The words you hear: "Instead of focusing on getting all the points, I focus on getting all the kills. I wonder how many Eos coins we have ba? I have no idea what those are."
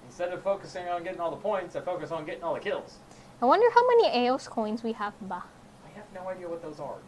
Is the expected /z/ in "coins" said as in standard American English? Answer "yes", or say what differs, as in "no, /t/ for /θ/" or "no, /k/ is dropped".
yes